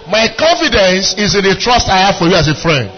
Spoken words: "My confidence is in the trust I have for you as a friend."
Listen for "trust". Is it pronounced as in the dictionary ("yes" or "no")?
yes